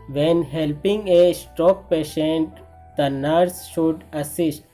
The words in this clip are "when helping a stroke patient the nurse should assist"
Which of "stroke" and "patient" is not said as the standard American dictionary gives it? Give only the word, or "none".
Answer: stroke